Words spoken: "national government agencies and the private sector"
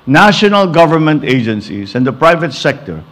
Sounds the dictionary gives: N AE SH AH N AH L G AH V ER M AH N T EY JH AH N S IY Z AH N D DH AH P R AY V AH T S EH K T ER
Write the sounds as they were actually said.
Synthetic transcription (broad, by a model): N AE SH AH N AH L G AH V ER M AH N T EY JH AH N S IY S AH N D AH P R AY V AH T S EH K T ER